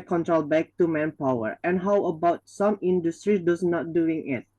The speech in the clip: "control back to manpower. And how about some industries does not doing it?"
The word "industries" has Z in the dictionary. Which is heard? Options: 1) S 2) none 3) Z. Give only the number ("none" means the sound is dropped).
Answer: 2